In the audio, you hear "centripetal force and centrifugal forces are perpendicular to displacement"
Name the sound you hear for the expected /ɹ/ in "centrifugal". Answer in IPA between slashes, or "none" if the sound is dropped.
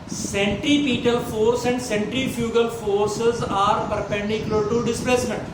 /ɹ/